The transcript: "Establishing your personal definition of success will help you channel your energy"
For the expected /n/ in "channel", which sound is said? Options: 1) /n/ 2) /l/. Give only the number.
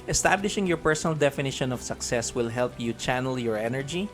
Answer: 1